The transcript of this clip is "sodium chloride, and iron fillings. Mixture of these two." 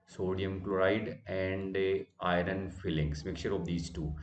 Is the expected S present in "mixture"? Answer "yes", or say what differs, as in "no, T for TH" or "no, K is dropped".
no, S is dropped